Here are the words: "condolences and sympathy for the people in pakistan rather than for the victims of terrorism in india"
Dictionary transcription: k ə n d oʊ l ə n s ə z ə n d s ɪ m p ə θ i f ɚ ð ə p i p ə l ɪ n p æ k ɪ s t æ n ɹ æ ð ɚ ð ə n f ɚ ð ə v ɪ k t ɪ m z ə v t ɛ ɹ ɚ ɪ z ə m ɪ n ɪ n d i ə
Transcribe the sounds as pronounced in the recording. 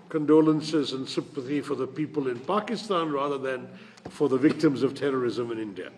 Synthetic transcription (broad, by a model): k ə n d oʊ l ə n s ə z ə n s ɪ m p ə θ i f ɚ ð ə p i p ə l ɪ n p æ k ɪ s t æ n ɹ æ ð ɚ ð ə n f ɚ ð ə v ɪ k t ɪ m z ə v t ɛ ɹ ɚ ɪ z ə m ɪ n ɪ n d i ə